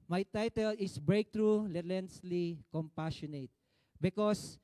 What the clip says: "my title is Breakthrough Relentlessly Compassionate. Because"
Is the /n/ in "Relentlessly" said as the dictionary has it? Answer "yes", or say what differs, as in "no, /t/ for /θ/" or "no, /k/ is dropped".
no, /n/ is dropped